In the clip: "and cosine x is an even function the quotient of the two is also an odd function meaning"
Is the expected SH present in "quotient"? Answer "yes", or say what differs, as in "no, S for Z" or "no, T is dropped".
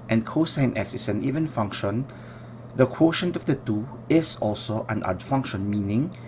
yes